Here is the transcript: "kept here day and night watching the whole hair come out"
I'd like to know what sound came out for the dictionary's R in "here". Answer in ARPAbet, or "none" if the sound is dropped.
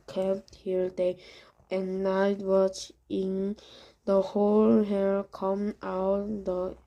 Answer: L